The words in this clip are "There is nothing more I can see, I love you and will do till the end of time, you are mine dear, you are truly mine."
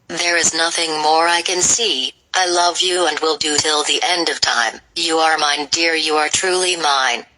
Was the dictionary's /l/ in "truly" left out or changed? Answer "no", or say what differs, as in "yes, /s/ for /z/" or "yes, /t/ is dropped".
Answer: no